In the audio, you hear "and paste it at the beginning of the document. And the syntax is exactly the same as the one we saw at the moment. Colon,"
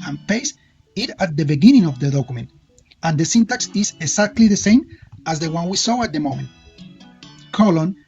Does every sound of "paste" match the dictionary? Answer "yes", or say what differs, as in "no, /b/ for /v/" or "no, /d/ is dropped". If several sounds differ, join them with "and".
no, /t/ is dropped